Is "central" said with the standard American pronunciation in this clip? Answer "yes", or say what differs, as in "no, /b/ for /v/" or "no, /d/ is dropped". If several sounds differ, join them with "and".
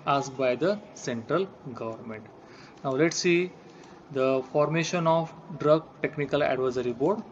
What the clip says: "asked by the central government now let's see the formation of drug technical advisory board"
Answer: yes